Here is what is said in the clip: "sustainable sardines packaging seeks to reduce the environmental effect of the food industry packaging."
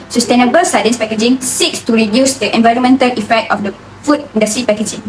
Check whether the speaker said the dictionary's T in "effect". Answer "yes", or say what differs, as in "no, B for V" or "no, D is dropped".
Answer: yes